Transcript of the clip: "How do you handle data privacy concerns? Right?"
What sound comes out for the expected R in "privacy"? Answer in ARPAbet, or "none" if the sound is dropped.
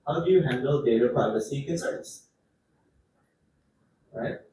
none